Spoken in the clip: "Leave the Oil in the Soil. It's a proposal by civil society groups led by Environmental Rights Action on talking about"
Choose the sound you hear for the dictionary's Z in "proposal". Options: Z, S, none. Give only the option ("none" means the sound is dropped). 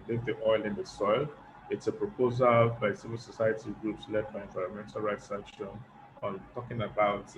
Z